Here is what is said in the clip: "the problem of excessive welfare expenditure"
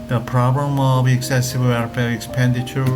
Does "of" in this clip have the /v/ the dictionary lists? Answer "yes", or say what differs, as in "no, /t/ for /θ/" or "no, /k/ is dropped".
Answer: no, /b/ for /v/